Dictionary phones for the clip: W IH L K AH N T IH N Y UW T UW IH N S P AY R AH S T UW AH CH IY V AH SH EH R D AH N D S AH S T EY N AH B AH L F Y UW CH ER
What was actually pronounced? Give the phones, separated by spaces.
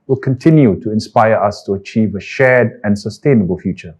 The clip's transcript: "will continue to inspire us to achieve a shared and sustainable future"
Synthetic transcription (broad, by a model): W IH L K AH N T IH N Y UW T UW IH N S P AY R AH S T UW AH CH IY V AH SH EH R D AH N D S AH S T EY N AH B AH L F Y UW CH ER